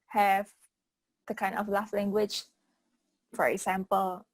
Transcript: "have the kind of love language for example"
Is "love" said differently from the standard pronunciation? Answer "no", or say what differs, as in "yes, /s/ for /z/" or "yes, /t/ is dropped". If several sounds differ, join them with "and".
yes, /f/ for /v/